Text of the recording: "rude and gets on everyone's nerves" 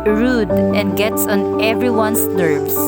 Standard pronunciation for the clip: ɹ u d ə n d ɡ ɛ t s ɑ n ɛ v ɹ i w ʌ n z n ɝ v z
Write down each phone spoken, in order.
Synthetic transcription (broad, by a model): ɹ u d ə n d ɡ ɛ t s ɑ n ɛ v ɹ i w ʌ n s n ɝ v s